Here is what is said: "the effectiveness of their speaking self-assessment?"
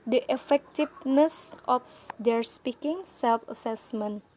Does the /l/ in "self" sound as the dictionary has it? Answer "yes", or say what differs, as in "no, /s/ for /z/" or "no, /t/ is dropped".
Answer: yes